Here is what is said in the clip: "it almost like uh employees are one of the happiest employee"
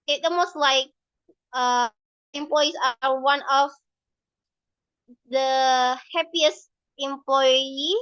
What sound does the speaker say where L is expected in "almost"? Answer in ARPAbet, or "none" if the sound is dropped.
none